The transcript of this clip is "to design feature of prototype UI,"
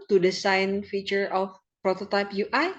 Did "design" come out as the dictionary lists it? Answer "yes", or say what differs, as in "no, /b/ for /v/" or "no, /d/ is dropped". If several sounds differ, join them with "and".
no, /s/ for /z/